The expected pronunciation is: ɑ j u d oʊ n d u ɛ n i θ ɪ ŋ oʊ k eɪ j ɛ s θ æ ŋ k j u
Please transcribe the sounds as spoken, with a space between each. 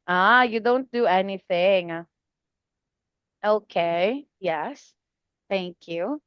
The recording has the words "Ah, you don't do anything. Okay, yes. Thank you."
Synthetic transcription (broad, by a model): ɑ j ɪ d oʊ n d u ɛ n i θ ɪ ŋ oʊ k eɪ j ɛ s θ æ ŋ k j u